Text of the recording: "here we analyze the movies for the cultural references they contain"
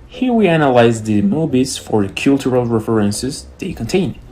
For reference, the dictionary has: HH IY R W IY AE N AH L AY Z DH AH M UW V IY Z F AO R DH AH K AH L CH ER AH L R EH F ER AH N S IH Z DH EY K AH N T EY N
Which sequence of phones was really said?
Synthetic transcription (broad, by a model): HH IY R W IY AE N AH L AY Z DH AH M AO B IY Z F AO R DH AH K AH L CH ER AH L R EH F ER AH N S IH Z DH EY K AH N T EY N